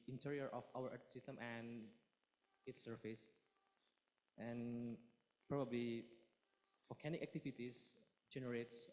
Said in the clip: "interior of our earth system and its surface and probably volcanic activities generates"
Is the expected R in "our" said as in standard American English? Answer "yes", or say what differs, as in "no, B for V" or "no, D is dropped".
no, W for R